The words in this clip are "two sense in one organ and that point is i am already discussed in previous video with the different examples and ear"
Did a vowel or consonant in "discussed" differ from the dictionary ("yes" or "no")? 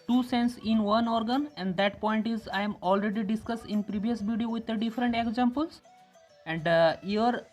no